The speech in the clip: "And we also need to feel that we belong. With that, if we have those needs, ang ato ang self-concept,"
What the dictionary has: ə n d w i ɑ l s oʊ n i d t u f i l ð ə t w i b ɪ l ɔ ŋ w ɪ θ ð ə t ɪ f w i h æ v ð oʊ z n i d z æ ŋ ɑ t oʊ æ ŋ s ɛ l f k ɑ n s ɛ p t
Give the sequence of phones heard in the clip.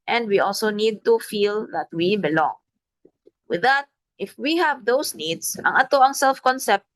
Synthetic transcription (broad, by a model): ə n d w i ɑ l s oʊ n i d t u f i l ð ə t w i b ɪ l ɔ ŋ w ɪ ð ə t ɪ f w i h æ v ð oʊ s n i d s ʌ ŋ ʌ t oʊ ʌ ŋ s ɛ l f k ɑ n s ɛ p t